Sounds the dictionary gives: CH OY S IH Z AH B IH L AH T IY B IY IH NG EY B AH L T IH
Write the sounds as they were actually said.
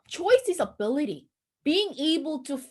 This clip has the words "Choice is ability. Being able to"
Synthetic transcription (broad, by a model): CH OY S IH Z AH B IH L AH T IY B IY IH NG EY B AH L T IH